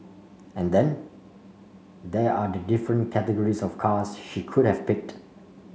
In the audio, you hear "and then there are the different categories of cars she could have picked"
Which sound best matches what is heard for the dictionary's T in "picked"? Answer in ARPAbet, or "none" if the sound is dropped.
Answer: T